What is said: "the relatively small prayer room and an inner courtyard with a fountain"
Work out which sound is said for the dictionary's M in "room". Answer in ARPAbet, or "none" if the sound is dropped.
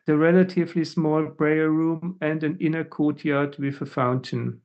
M